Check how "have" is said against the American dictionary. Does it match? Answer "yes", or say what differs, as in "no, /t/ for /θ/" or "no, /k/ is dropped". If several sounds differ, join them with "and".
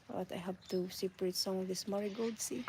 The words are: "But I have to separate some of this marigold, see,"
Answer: no, /p/ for /v/